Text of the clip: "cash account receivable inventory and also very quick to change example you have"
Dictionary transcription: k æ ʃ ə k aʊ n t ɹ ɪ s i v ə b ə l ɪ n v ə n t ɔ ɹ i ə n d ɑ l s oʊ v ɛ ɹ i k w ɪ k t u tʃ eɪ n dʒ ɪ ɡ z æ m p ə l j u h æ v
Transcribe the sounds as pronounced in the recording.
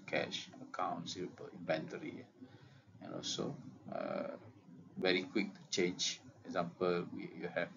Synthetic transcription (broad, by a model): k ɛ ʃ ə k aʊ n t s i ə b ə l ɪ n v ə n t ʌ ɹ i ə n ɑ l s oʊ v ɛ ɹ i k w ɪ k t u tʃ eɪ n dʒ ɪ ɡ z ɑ m p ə l j u h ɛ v